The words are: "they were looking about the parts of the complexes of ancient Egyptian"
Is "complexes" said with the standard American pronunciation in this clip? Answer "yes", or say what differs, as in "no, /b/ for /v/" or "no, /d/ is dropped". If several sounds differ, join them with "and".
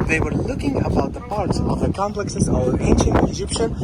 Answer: yes